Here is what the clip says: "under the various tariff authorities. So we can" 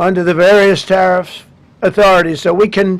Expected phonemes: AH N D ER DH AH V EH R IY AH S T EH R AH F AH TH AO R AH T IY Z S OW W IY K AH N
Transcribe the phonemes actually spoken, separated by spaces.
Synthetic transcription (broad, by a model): AH N D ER DH AH V EH R IY AH S T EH R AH F AH TH AO R AH T IY Z S OW W IY K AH N